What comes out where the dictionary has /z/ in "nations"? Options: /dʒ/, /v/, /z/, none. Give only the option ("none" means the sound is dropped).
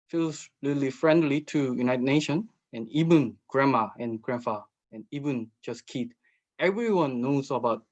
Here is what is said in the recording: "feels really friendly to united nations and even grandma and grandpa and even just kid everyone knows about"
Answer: none